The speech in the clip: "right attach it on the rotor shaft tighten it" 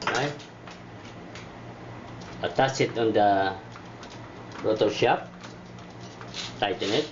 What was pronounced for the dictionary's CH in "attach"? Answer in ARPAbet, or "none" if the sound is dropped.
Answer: S